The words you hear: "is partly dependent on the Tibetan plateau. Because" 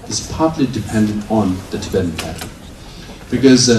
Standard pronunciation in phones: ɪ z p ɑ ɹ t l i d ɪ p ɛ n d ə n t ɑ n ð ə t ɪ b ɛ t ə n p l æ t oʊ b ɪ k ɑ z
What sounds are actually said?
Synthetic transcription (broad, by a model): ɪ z p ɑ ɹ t l i d ɪ p ɛ n d ə n t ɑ n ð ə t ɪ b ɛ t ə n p æ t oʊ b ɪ k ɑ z